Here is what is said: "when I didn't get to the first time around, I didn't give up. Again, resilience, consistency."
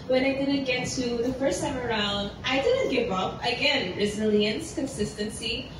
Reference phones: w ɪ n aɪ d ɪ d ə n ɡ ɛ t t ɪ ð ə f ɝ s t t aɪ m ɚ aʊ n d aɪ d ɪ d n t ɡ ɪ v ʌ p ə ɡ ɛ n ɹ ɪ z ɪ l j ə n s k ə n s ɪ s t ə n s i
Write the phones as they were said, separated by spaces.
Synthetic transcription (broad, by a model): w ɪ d aɪ d ɪ d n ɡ ɛ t t ɪ ð ə f ɝ s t t aɪ m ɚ aʊ n d aɪ d ɪ d n t ɡ ɪ v ʌ p ə ɡ ɛ n ɹ ɪ z ɪ l j ə n s k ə n s ɪ s t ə n s i